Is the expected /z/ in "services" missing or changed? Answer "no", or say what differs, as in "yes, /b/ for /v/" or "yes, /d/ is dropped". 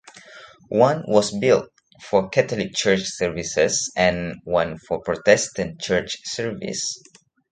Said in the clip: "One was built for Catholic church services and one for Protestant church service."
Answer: yes, /s/ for /z/